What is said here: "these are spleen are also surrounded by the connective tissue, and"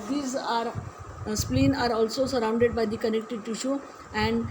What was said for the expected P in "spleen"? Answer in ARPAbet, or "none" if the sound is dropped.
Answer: P